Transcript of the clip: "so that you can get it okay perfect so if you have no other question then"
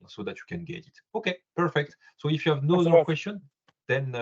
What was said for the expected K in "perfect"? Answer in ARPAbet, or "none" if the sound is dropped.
K